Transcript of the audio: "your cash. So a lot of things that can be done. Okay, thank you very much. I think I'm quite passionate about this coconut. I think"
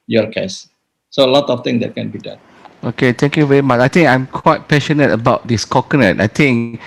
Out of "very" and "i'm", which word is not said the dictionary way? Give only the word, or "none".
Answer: none